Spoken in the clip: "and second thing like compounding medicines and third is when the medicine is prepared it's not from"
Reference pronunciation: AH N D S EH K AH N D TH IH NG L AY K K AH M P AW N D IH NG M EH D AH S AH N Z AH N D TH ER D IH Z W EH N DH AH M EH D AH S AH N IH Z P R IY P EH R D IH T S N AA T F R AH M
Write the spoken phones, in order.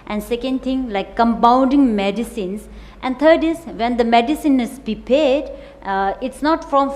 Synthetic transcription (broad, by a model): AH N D S EH K AH N D T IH NG L AY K K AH M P AW N D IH NG M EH D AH S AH N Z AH N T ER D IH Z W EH N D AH M EH D AH S AH N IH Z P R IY P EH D IH T S N AA T F R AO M